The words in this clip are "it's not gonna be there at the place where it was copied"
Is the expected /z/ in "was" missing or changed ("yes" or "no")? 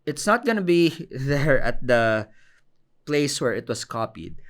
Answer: yes